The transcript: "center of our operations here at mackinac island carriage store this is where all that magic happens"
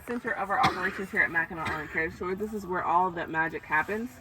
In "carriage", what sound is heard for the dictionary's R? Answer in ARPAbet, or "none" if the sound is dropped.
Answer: none